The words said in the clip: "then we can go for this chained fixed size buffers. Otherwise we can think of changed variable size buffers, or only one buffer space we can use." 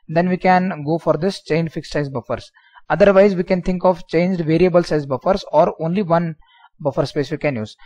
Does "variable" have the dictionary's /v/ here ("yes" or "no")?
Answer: yes